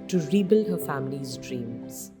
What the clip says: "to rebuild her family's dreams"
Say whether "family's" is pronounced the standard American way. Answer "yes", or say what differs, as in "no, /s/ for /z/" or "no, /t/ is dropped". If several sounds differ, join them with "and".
yes